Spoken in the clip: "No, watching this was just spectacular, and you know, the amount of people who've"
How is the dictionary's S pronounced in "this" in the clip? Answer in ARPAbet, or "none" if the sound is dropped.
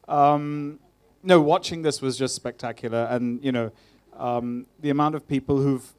S